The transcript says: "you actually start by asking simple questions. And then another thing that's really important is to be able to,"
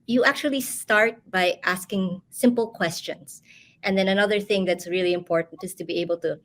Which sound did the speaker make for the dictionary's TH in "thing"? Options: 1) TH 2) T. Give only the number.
1